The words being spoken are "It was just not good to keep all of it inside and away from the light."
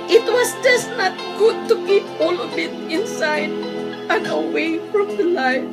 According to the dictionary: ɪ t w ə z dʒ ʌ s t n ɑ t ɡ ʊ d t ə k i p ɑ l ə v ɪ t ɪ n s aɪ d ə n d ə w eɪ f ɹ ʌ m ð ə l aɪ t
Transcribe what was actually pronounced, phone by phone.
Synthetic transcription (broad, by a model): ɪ t w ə s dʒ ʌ s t n ɑ t ɡ ʊ d t ə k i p ɑ l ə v ɪ t ɪ n s aɪ d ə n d ə w eɪ f ɹ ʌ m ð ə l aɪ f